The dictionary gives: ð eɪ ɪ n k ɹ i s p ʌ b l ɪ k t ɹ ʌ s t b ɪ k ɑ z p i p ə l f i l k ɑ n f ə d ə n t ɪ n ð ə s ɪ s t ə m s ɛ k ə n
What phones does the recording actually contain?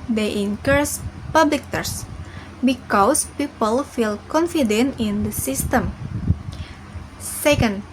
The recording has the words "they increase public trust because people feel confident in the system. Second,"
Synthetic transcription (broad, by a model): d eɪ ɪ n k ɹ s p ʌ b l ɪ k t ʌ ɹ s b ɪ k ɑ s p i p ə l f i l k ɑ n f ə d ə n t ɪ n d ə s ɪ s t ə m s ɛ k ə n